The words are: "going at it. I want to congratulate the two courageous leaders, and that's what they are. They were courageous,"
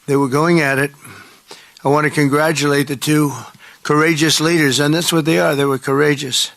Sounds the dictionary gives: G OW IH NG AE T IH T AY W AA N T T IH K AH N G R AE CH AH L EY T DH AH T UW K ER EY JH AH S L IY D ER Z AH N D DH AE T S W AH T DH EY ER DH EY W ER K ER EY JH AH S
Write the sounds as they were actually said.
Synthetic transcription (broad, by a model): G OW IH NG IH T IH T AY W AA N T T IH K AH N G R AE CH AH L EY T DH AH T UW K ER EY JH AH S L IY D ER Z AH N DH AE T S W AH T DH EY ER DH EY W ER K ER EY JH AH S